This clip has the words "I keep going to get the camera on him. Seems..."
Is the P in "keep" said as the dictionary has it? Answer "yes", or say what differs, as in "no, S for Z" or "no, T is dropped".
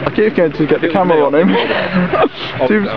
no, F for P